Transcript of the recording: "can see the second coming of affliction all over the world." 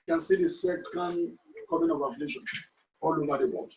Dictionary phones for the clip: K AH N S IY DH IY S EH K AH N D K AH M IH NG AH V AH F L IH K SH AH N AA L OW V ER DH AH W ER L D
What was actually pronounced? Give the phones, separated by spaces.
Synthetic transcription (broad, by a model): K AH N S IY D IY S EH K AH N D K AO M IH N AH V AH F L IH SH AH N AA L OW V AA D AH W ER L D